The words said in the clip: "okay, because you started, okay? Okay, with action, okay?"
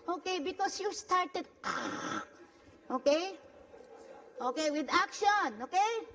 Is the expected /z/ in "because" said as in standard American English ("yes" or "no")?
no